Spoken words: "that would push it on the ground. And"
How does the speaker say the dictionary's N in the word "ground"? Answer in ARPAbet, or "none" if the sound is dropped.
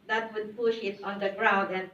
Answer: none